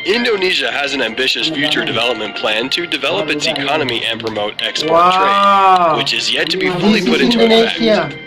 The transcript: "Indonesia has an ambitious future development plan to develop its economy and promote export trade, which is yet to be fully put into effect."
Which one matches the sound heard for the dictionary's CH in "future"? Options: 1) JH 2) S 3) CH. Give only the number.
3